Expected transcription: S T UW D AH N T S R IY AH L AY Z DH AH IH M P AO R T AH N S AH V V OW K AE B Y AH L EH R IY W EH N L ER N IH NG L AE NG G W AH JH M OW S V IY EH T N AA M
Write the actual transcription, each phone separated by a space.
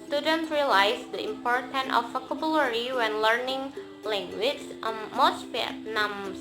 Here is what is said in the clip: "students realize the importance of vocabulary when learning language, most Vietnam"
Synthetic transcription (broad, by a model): S T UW D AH N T R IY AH L AY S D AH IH M P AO R T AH N AH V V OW K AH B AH L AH R IY W EH N L ER N IH NG L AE NG G W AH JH M OW S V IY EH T N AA M